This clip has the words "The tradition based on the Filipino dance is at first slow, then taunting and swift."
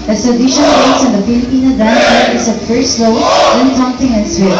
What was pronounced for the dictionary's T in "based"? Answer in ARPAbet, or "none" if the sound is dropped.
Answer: none